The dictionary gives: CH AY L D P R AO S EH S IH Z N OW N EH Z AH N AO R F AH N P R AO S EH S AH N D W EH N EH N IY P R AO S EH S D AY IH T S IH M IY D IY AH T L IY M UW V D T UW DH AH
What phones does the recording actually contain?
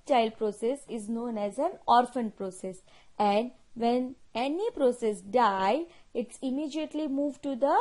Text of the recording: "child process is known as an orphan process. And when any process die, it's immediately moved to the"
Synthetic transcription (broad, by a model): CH AY L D P R AO S EH S IH Z N OW N EH Z AH N AO R F AH N P R AO S EH S AH N D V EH N EH N IY P R AO S EH S D AY IH T S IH M IY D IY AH T L IY M UW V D T UW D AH